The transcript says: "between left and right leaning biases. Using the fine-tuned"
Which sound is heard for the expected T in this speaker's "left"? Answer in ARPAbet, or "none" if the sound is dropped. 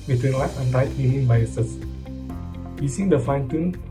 none